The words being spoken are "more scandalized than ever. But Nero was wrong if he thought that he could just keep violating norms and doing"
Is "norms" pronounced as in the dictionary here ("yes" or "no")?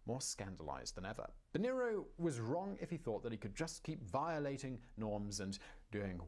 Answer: yes